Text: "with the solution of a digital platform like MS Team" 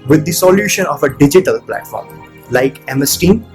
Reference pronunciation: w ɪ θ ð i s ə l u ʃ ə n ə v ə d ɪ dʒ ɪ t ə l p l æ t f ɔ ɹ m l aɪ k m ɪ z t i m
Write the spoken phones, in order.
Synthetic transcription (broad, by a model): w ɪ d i s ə l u ʃ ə n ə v ə d ɪ dʒ ɪ t ə l p l æ t f ɔ ɹ m l aɪ k m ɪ s t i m